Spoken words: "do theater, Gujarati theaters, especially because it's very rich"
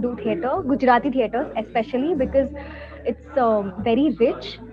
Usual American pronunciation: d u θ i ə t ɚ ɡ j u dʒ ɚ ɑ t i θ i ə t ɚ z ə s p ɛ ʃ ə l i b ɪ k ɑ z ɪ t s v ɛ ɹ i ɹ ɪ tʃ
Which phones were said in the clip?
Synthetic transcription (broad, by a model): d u t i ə t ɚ ɡ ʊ dʒ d ɑ t i t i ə t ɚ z ə s p ɛ ʃ ə l i b ɪ k ɑ z ɪ t s v ɛ ɹ i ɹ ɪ tʃ